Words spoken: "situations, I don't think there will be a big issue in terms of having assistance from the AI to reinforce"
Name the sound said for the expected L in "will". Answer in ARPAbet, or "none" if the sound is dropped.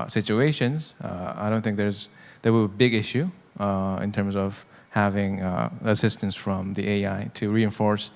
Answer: W